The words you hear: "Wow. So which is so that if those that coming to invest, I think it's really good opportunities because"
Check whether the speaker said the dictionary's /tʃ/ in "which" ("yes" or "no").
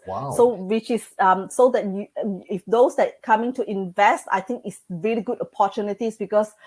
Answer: no